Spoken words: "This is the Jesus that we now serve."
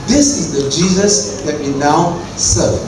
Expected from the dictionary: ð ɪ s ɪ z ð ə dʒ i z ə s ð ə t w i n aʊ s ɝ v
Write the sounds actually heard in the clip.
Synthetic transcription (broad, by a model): ð ɪ s ɪ z ð ə dʒ i z ə s ð ə t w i n aʊ s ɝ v